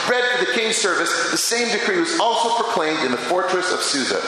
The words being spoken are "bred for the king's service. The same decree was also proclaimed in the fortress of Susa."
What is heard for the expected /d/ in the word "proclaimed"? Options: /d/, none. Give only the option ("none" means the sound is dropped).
/d/